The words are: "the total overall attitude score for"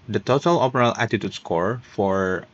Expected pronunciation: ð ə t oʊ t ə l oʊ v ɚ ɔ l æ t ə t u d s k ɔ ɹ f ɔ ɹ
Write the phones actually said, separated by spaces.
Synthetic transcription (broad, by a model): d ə t oʊ t ə l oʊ p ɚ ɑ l æ t ə t u d s k ɔ ɹ f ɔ ɹ